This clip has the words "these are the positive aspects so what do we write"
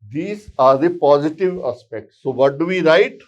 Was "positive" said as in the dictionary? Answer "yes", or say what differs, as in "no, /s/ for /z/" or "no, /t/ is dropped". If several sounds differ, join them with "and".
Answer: yes